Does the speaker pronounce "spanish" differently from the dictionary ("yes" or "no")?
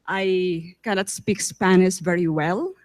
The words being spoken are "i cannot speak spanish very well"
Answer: yes